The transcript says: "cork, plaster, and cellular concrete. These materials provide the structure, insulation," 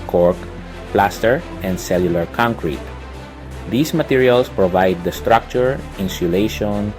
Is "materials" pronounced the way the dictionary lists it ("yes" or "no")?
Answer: no